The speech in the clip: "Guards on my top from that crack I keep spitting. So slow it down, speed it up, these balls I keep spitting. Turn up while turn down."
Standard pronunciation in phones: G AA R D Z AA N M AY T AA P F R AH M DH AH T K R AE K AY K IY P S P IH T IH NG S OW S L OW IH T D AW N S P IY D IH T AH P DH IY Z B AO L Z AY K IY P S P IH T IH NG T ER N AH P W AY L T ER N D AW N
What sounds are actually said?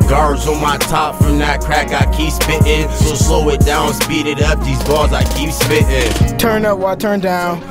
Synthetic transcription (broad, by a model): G AA R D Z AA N M AY T AA P F R AH M DH AH T K R AE K AY K IY P S P IH T IH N S OW S L OW IH T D AW N S P IY D IH T AH P DH IY Z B AO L Z AY K IY P S P IH T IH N T ER N AH P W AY T ER N D AW N